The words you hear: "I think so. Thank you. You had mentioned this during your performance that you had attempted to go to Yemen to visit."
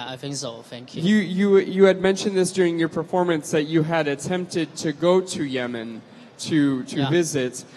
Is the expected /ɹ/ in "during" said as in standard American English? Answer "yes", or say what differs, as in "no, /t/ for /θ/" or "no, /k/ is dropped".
yes